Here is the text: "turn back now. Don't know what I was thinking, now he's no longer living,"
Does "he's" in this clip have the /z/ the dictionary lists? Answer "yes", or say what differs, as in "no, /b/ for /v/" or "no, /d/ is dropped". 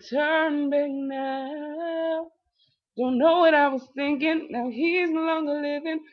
yes